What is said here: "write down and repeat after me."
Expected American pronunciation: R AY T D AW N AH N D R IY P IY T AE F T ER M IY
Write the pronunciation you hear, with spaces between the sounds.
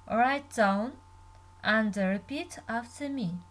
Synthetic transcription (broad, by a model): R AY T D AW N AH N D R IY P IY T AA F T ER M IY